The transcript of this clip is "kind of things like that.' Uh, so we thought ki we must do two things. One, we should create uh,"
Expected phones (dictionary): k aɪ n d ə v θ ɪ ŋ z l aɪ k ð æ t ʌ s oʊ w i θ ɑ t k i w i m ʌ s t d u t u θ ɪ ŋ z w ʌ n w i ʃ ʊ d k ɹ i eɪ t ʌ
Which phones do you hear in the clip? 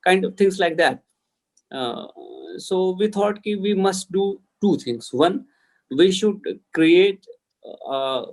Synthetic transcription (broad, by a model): k aɪ n d ə v t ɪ ŋ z l aɪ k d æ t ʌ s oʊ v i t ɑ t k i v i m ʌ s t d u t u t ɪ ŋ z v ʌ n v i ʃ ʊ d k ɹ i eɪ t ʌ